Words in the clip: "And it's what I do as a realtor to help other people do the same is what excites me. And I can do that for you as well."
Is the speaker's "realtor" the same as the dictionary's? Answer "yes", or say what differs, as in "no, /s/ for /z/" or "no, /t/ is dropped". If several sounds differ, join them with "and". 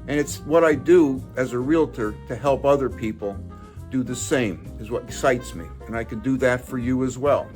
yes